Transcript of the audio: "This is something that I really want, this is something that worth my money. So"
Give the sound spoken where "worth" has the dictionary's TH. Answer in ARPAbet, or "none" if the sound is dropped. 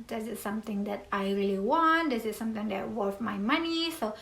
F